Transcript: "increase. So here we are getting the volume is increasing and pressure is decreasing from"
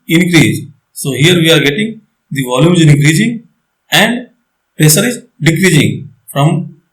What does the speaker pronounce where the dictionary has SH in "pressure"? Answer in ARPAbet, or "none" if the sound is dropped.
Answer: S